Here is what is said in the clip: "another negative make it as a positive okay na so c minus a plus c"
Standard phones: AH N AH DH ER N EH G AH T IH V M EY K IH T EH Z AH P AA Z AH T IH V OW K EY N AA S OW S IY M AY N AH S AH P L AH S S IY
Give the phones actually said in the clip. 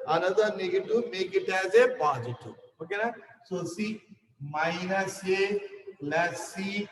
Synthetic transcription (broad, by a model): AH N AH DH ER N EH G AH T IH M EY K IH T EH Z AH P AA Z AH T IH OW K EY N AA S OW S IY M AY N AH S AH L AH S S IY